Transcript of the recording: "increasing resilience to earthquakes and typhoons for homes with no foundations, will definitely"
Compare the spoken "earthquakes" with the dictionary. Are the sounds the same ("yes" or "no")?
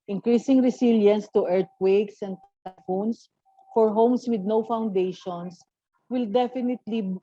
no